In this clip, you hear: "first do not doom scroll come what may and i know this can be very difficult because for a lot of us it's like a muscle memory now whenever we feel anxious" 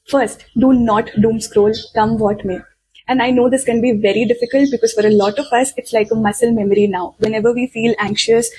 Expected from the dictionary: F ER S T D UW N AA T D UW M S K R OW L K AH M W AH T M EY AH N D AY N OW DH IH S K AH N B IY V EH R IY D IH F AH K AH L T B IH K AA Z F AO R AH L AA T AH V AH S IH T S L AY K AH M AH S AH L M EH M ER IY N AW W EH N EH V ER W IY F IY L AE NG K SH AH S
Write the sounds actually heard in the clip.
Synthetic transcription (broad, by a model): F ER S T D UW N AA T D UW M S K R OW L K AH M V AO T M EY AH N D AY N OW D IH S K AH N B IY V EH R IY D IH F AH K AH L T B IH K AA Z F AO R AH L AA T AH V AH S IH T S L AY K AH M AH S AH L M EH M ER IY N AW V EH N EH V ER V IY F IY L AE NG K SH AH S